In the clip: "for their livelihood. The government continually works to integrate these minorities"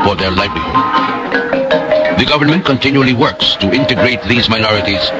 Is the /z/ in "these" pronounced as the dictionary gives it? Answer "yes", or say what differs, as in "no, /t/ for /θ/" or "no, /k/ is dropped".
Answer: yes